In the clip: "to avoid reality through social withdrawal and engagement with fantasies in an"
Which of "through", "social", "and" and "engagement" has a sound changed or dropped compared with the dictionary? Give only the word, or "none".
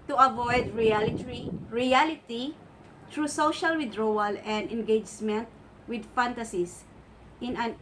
through